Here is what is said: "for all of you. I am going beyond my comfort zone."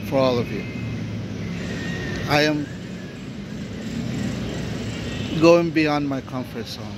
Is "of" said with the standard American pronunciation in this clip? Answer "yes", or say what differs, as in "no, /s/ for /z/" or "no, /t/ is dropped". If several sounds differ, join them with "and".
yes